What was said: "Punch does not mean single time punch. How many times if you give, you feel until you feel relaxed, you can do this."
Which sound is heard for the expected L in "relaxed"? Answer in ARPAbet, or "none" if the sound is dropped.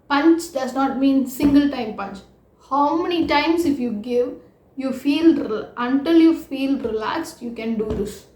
L